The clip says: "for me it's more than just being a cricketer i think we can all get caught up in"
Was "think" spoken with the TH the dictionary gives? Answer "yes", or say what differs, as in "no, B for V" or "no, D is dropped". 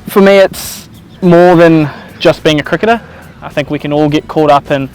yes